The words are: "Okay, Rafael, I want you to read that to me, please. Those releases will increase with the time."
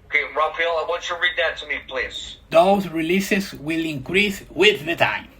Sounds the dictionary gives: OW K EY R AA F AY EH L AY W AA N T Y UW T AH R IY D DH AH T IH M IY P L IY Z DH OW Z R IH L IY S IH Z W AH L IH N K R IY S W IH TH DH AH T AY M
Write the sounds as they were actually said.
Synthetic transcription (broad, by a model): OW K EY R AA F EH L AY W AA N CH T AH R IY D DH AH T IH M IY P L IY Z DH OW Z R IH L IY S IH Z W AH L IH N K R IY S W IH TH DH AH T AY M